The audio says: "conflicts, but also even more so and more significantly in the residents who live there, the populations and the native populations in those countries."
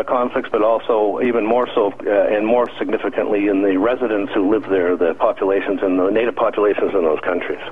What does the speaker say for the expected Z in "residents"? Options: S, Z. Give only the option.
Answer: Z